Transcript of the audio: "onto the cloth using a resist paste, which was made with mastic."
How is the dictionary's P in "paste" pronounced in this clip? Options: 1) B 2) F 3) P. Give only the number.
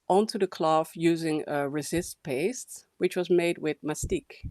3